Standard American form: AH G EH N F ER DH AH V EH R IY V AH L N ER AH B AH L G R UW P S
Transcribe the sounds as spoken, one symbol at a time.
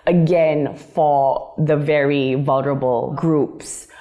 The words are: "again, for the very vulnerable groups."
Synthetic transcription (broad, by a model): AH G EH N F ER DH AH V EH R IY V AH L N ER AH B AH L G R UW P S